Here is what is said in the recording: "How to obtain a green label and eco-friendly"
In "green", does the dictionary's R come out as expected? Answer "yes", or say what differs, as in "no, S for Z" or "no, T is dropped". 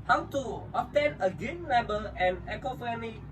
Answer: no, R is dropped